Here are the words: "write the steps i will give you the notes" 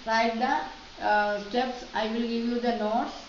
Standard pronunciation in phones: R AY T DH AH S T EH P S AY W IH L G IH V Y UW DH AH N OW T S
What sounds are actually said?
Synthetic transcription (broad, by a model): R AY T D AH S T EH P S AY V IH L G IH V Y UW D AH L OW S